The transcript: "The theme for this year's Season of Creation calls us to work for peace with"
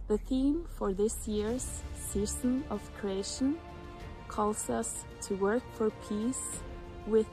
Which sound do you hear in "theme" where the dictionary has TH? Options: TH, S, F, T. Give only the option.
TH